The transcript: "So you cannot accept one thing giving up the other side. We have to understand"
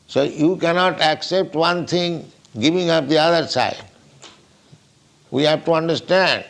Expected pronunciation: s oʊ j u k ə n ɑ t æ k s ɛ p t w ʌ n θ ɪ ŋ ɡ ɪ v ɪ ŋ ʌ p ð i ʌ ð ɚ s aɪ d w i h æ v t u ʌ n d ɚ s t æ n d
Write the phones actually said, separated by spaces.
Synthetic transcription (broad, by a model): s oʊ j u k ə n ɑ t æ k s ɛ p t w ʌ n t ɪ ŋ ɡ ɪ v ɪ ŋ ʌ p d i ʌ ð ɚ s aɪ d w i h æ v t u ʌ n d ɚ s t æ n d